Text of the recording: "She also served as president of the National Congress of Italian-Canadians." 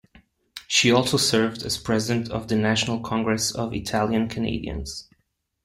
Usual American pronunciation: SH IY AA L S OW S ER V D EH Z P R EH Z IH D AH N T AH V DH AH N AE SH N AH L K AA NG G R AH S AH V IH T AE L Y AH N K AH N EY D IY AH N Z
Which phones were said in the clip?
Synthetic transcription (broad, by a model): SH IY AA L S OW S ER V D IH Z P R EH Z IH D AH N T AH V DH AH N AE SH N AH L K AA NG G R AH S AH V IH T AE L Y AH N K AH N EY D IY AH N Z